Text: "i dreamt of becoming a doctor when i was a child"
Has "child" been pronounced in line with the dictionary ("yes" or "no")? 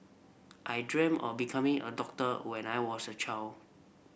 no